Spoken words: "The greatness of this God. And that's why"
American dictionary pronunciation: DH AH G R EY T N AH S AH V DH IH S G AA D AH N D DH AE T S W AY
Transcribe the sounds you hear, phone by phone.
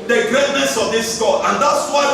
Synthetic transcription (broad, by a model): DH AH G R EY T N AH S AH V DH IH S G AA AH N D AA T S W AY